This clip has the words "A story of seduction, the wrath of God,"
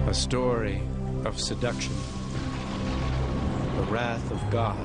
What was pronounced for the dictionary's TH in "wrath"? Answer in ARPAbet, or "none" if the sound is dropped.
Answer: TH